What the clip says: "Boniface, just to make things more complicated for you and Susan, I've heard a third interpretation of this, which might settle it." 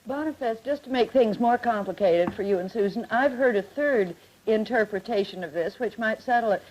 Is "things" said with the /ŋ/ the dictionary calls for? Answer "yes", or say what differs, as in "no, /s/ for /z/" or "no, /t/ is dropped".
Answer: yes